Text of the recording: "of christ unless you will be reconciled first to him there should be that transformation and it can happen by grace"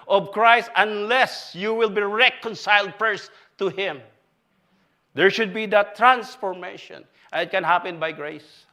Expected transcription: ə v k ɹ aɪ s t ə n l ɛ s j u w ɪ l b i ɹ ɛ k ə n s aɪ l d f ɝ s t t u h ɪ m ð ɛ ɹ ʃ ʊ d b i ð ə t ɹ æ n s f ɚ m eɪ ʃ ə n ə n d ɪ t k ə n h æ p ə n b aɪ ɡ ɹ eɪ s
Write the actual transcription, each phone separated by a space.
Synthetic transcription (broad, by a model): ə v k ɹ aɪ s t ə n l ɛ s j u w ɪ l b i ɹ ɛ k ə n s aɪ l d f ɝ s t t u h ɪ m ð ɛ ɹ ʃ ʊ d b i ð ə t ɹ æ n s f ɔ m eɪ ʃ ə n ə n ɪ t k ə n h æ p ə n b aɪ ɡ ɹ eɪ s